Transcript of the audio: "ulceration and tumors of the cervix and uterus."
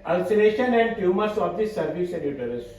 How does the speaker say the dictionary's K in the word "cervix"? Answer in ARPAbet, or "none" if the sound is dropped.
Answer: none